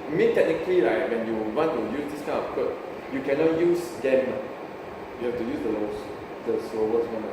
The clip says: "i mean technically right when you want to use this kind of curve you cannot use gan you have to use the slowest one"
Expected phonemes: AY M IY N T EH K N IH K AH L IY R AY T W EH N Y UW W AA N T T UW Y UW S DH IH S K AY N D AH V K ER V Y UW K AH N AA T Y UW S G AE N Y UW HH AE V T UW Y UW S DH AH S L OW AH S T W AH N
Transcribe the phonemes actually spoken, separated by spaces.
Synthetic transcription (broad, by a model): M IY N T EH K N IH K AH L IY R AY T W EH N Y UW W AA N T T UW Y UW S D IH S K AY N AH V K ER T Y UW K AH N AA T Y UW S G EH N Y UW HH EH F T UW Y UW S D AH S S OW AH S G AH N